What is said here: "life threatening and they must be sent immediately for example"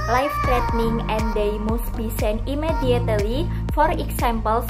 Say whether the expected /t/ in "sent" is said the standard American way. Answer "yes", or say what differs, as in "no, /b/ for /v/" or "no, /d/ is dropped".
no, /t/ is dropped